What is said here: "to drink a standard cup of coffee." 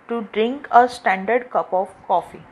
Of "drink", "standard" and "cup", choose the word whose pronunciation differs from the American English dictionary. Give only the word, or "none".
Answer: none